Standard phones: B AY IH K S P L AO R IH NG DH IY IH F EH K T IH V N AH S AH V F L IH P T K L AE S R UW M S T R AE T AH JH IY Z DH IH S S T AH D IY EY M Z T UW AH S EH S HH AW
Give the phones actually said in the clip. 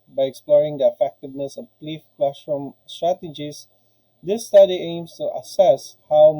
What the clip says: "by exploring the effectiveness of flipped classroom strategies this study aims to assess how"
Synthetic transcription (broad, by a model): B AY IH K S P L AO R IH NG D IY IH F EH K T IH V N AH S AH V P L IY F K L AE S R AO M S T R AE T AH JH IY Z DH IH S S T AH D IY EY M S T UW AH S EH S HH AW